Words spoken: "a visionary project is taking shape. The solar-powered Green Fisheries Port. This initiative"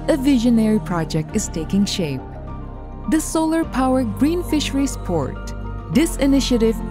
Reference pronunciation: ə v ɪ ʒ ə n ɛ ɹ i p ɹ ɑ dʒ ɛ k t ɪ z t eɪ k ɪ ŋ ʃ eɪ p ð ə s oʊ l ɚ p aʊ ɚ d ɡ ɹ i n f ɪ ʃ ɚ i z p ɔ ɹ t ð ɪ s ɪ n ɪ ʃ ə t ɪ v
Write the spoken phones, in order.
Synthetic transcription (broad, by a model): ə v ɪ ʒ ə n ɛ ɹ i p ɹ ɑ dʒ ɛ k t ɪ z t eɪ k ɪ ŋ ʃ eɪ p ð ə s oʊ l ɚ p aʊ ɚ ɡ ɹ i n f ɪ ʃ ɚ i s p ɔ ɹ t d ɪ s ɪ n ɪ ʃ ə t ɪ v